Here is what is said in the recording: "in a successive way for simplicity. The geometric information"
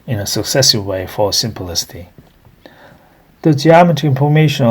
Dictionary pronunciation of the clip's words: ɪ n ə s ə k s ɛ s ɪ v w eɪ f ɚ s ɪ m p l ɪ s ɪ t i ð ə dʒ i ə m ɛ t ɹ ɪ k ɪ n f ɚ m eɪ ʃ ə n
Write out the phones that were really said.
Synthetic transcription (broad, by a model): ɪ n ə s ə k s ɛ s ɪ v w eɪ f ɚ s ɪ m p l ɪ s ɪ t i ð ə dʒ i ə m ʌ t ɪ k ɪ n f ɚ m eɪ ʃ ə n